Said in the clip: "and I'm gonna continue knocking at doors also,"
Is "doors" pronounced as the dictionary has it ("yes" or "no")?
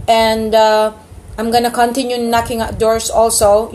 no